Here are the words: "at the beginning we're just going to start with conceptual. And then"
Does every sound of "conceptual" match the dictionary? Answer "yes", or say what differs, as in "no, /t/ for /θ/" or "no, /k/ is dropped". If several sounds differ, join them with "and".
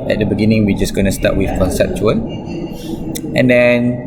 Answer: yes